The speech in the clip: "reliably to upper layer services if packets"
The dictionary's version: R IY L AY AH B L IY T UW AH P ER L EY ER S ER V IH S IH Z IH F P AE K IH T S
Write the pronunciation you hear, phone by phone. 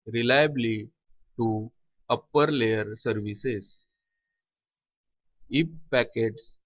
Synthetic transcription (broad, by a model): R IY L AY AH B L IY T UW AH P ER L EY ER S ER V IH S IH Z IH P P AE K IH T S